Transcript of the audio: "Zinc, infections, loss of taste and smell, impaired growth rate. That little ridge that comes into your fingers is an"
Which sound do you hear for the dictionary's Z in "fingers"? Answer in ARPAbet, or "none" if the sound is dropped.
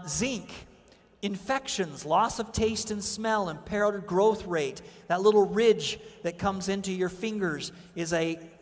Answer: Z